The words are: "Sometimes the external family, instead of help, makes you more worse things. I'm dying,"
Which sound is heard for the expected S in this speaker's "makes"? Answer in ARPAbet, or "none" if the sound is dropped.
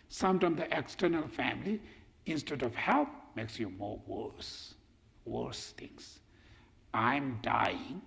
S